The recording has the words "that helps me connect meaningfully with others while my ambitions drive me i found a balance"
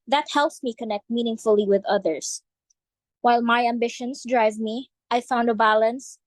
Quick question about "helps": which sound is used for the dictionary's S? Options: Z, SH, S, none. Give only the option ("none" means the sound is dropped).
S